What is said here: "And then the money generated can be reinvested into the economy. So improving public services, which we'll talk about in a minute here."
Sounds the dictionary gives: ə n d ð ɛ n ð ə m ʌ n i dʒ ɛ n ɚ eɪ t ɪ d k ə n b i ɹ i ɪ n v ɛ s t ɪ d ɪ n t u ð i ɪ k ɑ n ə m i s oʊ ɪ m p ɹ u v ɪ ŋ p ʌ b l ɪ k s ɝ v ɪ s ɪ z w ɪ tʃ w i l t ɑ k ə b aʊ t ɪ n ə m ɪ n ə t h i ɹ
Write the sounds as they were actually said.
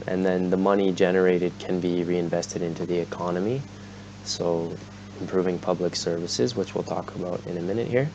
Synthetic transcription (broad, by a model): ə n ð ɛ n ð ə m ʌ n i dʒ ɛ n ɚ eɪ t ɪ d k ə n b i ɹ i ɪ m v ɛ s t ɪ d ɪ n t u ð i ɪ k ɑ n ə m i s oʊ ɪ m p ɹ u v ɪ ŋ p ʌ b l ɪ k s ɝ v ɪ s ɪ z w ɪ tʃ w i l t ɑ k ə b aʊ t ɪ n ə m ɪ n ə t h i ɹ